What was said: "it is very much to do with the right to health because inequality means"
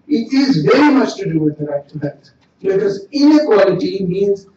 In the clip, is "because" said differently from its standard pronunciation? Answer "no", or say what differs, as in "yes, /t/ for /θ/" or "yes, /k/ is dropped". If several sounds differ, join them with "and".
no